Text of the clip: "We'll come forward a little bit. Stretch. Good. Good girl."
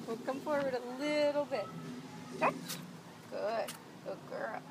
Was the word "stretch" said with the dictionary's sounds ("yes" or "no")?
no